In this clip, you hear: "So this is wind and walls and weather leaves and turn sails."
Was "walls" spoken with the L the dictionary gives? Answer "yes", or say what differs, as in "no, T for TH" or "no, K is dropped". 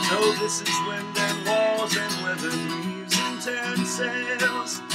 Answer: no, L is dropped